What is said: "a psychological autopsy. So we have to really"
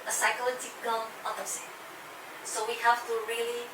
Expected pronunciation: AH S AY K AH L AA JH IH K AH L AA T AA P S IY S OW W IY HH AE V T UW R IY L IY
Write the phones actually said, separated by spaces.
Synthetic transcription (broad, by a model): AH S AY K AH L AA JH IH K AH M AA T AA S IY S OW W IY HH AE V T UW R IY L IY